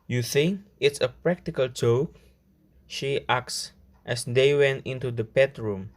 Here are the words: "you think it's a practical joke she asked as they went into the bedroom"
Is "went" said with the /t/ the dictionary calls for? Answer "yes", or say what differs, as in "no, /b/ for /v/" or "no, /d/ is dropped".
yes